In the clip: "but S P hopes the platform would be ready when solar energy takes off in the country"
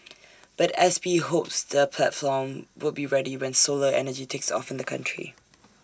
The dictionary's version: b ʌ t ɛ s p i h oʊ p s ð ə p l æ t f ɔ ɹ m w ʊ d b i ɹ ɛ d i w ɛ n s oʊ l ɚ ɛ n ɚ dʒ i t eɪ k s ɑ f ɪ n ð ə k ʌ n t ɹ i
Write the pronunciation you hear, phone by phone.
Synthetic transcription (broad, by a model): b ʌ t ɛ s b i h oʊ p s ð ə p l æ t f ɔ m w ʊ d b i ɹ ɛ d i w ɛ n s oʊ l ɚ ɛ n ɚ dʒ i t eɪ k s ɑ f ɪ n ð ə k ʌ n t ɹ i